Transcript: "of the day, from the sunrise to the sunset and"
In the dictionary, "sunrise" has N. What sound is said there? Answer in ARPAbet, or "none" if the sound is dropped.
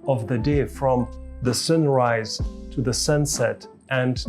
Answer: N